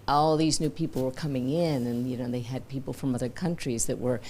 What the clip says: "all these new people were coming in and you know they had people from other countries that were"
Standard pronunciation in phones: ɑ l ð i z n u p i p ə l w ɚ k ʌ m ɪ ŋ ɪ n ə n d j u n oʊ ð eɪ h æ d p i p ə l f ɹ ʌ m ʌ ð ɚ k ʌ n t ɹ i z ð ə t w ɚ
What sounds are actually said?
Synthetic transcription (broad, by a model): ɑ l ð i z n u p i p l w ɚ k ʌ m ɪ ŋ ɪ n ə n j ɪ n oʊ ð eɪ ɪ d p i p l f ɹ ʌ m ʌ ð ɚ k ʌ n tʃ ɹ i z ð ə t w ɚ